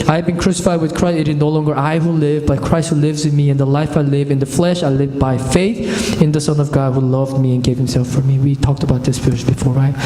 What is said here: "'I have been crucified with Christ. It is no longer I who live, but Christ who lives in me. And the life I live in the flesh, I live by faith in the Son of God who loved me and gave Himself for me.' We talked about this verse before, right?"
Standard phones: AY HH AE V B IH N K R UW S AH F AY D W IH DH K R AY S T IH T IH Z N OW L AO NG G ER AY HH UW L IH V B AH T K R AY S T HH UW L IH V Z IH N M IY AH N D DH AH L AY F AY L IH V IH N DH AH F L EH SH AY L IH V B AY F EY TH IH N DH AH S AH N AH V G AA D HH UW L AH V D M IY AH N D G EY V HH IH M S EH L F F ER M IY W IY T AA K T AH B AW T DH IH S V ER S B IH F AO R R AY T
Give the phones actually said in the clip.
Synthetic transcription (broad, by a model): AY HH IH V B IH N K R UW S AH F AY D W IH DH K R AY S T IH T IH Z N OW L AO NG G ER AY HH UW L IH V B AH T K R AY S T HH UW L IH V Z IH N M IY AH N DH AH L AY F AY L IH V IH N DH AH F L EH SH AY L IH V B AY F EY TH IH N DH AH S AH N AH V G AA D HH UW L AH V D M IY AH N G EY V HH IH M S EH L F F ER M IY W IY T AA K T AH B AW T DH IH S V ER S B IH F AO R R AY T